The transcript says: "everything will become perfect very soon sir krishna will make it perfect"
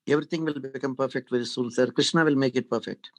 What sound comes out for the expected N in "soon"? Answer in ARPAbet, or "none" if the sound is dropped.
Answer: L